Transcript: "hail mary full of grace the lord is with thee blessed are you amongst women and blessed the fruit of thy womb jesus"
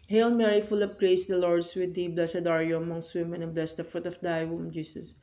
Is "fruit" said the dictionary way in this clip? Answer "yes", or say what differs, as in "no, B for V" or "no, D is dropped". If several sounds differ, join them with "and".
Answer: yes